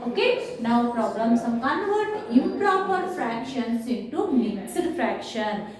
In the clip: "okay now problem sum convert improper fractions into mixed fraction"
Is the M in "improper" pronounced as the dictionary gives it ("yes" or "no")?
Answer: no